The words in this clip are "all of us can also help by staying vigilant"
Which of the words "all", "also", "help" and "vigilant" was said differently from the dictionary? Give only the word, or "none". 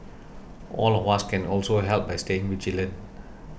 vigilant